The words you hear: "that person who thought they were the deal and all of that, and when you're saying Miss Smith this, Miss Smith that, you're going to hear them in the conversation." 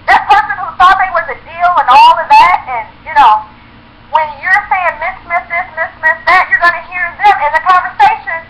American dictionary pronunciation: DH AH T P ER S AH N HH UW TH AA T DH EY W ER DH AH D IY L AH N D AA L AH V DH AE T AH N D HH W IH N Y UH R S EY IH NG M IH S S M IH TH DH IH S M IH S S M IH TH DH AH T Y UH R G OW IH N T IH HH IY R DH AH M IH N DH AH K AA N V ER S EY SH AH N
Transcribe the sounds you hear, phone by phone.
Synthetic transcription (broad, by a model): DH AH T P ER S AH N HH UW S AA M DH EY W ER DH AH D IY L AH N AA L AH V DH AE T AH N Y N W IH N Y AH R S EY IH NG M IH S S M IH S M IH S M IH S S M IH S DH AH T Y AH R G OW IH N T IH HH IY R DH AH M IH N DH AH K AA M V ER S EY SH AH N